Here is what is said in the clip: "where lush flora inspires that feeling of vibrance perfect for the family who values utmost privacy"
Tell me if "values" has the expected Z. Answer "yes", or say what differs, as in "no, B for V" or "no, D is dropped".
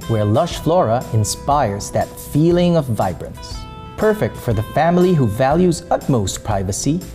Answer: yes